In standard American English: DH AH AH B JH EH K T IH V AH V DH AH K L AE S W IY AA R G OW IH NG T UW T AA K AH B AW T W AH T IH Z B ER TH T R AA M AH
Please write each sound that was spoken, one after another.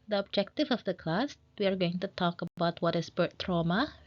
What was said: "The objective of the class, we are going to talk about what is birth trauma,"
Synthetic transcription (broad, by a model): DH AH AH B JH EH K T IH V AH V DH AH K L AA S W IY AA R G OW IH NG T UW T AA K AH B AW T W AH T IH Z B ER T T R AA M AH